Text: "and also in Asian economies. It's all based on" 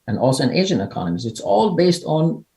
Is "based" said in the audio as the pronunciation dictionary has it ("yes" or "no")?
yes